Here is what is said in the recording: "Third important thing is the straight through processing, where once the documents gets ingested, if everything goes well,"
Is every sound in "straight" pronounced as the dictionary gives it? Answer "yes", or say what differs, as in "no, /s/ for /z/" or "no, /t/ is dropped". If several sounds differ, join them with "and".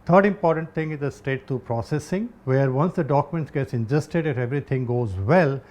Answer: no, /ɹ/ is dropped